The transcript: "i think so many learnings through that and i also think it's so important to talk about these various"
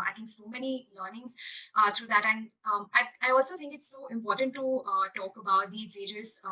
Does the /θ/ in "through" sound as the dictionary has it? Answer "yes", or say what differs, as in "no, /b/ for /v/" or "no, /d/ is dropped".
no, /t/ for /θ/